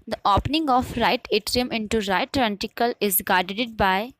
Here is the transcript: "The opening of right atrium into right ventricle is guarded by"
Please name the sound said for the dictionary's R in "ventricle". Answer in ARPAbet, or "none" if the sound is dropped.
none